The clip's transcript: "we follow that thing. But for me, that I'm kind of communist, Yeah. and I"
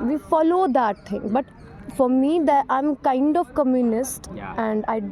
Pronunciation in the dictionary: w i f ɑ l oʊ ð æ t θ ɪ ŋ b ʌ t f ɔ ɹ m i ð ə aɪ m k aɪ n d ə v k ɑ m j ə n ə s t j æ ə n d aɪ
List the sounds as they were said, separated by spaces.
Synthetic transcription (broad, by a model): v i f ɑ l oʊ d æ t t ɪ ŋ b ʌ t f ɔ ɹ m i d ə aɪ m k aɪ n d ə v k ɑ m j ə n ə s t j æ ə n d aɪ